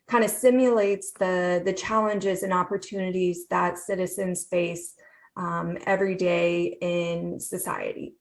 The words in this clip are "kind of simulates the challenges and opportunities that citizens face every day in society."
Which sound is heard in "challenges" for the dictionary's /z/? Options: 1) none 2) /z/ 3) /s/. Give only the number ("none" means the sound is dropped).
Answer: 2